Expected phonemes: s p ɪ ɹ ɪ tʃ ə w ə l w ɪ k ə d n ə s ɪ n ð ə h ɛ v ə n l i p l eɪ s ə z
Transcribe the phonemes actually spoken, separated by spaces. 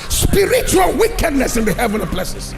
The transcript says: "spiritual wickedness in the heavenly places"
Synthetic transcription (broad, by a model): s p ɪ ɹ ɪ tʃ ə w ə l w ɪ k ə d n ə s ɪ n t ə h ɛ v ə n i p l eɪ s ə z